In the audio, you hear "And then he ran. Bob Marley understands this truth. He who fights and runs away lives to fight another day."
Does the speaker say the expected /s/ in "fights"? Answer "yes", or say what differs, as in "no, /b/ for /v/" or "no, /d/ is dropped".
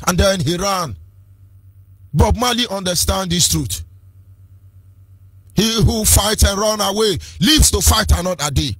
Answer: no, /s/ is dropped